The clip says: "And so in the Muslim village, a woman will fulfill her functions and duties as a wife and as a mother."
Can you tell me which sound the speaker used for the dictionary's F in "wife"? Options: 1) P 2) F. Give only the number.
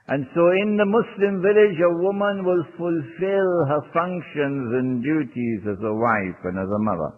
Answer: 2